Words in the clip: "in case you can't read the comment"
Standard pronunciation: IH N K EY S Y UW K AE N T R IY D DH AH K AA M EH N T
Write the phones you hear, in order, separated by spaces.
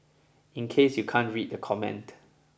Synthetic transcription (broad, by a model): IH N K EY S Y UW K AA N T R IY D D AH K AA M EH N T